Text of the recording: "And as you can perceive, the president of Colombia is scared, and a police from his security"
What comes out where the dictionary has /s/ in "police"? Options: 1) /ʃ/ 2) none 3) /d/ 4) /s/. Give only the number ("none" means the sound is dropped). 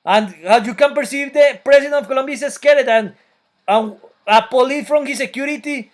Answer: 2